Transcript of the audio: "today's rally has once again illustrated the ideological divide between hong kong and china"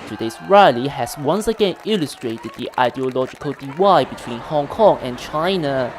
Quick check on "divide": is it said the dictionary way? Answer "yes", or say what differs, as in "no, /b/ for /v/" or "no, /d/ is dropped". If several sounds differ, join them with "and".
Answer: no, /w/ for /v/